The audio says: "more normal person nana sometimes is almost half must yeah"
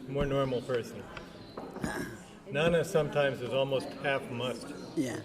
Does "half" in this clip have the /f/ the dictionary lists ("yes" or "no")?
yes